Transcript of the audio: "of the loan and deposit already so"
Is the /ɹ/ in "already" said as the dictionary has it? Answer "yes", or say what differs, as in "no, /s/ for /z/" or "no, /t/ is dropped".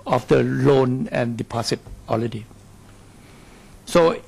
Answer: no, /l/ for /ɹ/